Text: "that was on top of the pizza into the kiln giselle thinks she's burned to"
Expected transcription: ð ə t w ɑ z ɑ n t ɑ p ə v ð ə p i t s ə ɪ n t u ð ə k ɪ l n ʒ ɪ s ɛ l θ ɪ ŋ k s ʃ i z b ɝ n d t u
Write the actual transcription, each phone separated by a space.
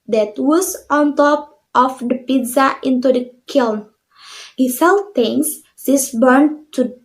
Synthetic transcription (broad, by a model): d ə t w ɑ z ɑ n t ɑ p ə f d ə p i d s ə ɪ n t u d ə k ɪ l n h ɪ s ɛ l t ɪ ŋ s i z b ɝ n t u